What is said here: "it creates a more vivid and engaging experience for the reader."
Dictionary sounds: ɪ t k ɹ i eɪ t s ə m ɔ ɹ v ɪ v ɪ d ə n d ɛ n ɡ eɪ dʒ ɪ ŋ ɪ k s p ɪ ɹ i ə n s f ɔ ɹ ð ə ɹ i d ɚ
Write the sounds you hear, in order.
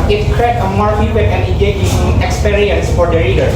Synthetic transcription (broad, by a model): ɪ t k ɹ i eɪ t ə m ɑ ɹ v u w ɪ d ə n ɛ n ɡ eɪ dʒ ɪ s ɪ k s p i ɹ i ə n s f ɔ ɹ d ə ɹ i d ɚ